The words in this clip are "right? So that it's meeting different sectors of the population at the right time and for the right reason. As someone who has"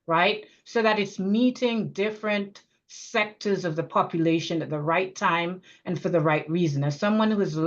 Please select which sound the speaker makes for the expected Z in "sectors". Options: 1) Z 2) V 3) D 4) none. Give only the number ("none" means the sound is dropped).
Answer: 1